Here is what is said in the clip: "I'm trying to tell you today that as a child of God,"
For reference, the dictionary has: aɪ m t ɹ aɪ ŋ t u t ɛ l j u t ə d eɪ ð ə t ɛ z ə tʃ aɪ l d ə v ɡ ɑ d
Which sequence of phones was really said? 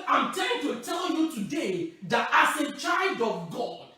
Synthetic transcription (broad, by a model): aɪ m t aɪ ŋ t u t ɛ l j u t ə d eɪ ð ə t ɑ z ə tʃ aɪ l d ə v ɡ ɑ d